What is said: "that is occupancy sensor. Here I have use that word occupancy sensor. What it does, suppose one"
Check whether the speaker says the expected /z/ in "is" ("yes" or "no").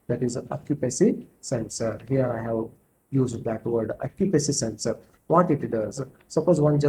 yes